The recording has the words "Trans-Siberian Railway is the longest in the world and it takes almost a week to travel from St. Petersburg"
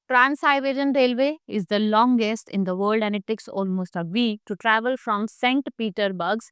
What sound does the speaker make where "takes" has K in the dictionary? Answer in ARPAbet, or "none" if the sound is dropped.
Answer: K